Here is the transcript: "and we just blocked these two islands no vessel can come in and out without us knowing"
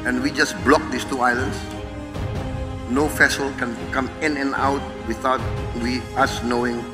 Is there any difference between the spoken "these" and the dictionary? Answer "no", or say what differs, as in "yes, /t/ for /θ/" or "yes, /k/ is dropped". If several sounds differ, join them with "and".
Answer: yes, /s/ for /z/